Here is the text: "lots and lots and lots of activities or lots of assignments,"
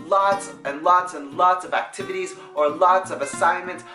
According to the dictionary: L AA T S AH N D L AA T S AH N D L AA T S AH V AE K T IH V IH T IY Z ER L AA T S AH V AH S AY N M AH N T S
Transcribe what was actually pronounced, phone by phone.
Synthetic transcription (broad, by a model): L AA T S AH N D L AA T S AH N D L AA T S AH V AE K T IH V IH T IY Z ER L AA T S AH V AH S AY N M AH N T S